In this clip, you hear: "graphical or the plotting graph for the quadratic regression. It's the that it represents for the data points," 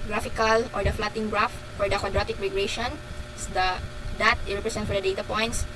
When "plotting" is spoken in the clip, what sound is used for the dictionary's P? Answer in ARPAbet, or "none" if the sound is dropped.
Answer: F